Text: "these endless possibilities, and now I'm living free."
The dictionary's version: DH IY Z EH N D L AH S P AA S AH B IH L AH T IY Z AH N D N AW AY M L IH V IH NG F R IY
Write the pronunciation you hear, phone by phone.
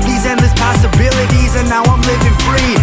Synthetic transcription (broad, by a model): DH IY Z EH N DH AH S P AA S AH B IH L AH T IY Z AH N N AW AY M L IH V IH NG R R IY